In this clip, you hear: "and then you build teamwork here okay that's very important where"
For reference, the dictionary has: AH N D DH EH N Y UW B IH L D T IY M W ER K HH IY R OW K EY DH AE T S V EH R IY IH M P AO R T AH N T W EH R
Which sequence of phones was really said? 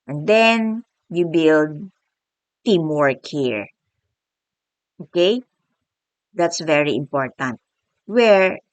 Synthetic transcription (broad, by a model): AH N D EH N Y UW B IH L D T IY M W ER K HH IY R OW K EY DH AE T S V EH R IY IH M P AO R T AH N T W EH R